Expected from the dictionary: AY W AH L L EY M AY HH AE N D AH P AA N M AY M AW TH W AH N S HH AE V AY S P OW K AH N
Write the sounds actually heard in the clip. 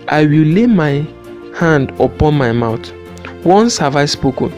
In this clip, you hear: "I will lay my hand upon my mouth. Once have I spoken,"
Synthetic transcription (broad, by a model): AY W AH L L EY M AY HH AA N D AH P AA N M AY M AW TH W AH N S HH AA V AY S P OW K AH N